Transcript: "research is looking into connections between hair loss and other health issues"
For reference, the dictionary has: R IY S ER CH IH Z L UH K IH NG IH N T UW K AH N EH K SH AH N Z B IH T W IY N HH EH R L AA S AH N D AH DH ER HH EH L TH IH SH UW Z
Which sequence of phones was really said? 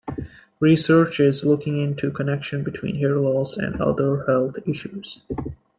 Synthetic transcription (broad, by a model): R IY S ER CH IH Z L UH K IH NG IH N T UW K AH N EH K SH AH N B IH T W IY N HH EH R L AA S AH N D AH DH ER HH EH L TH IH SH UW Z